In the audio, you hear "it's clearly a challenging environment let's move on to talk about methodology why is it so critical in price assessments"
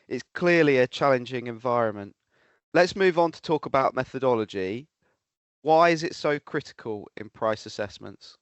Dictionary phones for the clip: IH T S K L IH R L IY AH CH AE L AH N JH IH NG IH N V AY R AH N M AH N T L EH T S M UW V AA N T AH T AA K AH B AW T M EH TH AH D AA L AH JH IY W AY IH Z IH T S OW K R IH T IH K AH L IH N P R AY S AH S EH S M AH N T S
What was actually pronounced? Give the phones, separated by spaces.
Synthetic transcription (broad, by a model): IH T S K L IH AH L IY AH CH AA L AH N JH IH NG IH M V AY R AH N M AH N T L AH T S M UW V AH N T AH T AA K AH B AW T M EH TH AH D AA L AH JH IY W AY IH Z IH T S OW K R IH T IH K AH L IH N P R AY S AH S EH S M AH N T S